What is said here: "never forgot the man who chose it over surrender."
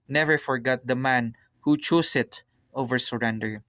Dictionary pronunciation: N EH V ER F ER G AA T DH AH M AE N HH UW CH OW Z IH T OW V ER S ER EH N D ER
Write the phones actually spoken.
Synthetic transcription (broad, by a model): N EH V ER F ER G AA T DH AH M AE N HH UW CH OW S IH T OW V ER S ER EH N D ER